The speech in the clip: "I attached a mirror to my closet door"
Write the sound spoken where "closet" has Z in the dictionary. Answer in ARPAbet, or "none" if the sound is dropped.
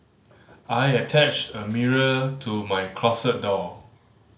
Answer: S